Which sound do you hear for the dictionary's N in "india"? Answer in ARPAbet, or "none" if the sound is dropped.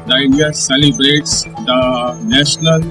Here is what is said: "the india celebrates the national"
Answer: none